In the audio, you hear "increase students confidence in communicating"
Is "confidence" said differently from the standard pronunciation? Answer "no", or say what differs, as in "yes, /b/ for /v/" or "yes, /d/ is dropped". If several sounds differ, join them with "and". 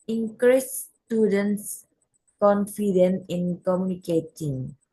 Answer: yes, /s/ is dropped